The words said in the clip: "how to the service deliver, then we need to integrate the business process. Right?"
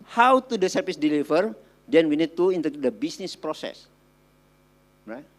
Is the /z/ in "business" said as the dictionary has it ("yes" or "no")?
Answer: no